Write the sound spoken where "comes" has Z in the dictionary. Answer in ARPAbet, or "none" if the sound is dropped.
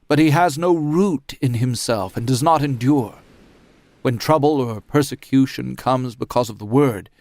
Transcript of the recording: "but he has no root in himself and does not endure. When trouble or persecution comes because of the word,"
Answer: Z